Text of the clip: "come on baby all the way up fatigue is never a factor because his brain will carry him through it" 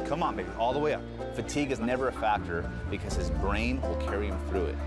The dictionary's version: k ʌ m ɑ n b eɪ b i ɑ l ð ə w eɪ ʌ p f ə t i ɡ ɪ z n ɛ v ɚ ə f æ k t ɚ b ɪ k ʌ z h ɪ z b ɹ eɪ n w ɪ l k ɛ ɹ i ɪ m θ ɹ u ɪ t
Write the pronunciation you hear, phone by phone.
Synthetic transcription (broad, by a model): k ʌ m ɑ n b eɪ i ɑ l ð ə w eɪ ʌ p f ə t i ɡ ɪ z n ɛ v ɚ ə f æ k t ɚ b ɪ k ʌ z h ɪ z b ɹ eɪ n w ɪ l k ɛ ɹ i ɪ m θ ɹ u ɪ t